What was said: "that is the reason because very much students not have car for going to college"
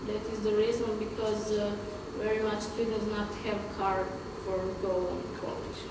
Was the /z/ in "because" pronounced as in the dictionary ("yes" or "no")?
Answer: yes